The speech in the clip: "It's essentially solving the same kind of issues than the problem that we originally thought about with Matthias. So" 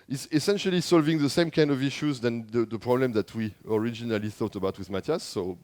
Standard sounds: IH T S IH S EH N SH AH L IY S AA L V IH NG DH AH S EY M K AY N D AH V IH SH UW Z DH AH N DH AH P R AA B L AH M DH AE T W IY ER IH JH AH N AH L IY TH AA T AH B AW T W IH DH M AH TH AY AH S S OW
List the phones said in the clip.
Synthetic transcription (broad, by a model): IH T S IH S EH N SH AH L IY S AA L V IH NG DH AH S EY M K AY N D AH V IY SH UW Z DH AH N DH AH P R AA B L AH M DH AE T W IY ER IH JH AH N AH L IY TH AA T AH B AW T W IH DH M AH T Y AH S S OW